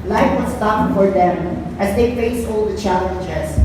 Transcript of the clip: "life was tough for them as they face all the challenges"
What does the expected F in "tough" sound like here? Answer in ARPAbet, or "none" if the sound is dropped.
P